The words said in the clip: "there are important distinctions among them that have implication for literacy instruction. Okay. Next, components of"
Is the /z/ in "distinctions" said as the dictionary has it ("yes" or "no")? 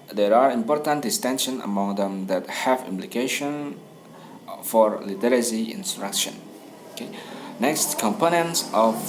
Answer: no